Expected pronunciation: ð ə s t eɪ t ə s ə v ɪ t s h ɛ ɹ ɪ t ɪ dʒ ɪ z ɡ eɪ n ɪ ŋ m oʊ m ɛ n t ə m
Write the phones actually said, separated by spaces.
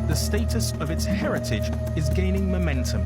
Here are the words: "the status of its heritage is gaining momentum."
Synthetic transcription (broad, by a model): ð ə s t eɪ t ə s ə v ɪ t s h ɛ ɹ ɪ t ɪ dʒ ɪ z ɡ eɪ n ɪ ŋ m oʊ m ɛ n t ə m